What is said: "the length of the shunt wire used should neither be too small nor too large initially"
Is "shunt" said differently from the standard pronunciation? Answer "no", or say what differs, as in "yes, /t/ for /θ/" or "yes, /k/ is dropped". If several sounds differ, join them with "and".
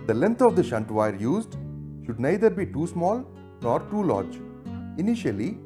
no